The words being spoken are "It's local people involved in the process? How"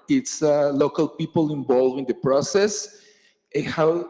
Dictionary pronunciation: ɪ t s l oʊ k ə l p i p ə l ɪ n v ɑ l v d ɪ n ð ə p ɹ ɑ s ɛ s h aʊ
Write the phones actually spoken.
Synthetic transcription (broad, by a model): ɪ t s l oʊ k ə l p i p ə l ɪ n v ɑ l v ɪ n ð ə p ɹ ɑ s ɛ s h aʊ